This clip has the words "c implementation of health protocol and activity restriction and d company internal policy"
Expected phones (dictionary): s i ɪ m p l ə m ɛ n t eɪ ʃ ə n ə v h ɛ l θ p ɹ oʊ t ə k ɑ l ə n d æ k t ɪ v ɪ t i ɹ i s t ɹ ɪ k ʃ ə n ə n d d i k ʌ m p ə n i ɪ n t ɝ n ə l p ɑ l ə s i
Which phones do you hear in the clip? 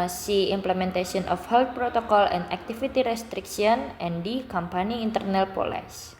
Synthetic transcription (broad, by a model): s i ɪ m p l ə m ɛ n t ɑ s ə n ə f h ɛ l t p ɹ oʊ t ə k ɑ l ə n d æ k t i f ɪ t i ɹ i s t ɹ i k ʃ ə n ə n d d i k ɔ m p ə n i n t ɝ n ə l p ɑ l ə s